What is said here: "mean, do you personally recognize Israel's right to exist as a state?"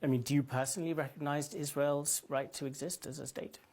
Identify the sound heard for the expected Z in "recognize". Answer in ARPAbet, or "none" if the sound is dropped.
Z